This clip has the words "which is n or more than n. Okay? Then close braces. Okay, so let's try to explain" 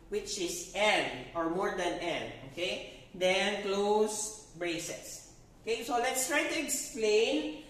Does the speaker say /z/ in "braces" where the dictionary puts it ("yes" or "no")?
no